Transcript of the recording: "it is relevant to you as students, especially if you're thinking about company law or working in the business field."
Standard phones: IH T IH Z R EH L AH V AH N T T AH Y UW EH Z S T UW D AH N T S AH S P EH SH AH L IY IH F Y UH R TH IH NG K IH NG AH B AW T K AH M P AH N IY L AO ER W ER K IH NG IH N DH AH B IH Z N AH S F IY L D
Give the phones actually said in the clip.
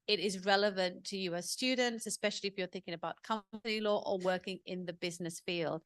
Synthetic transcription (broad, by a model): IH T IH Z R EH L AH V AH N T T AH Y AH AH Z S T UW D N T S AH S P EH SH AH L IY IH F Y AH R TH IH NG K IH NG AH B AW T K AH P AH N IY L AO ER W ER K IH NG IH N DH AH B IH Z N AH S F IY L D